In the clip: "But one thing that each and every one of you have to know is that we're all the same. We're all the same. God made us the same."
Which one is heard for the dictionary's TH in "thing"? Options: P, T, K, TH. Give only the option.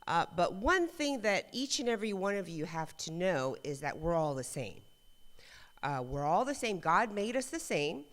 TH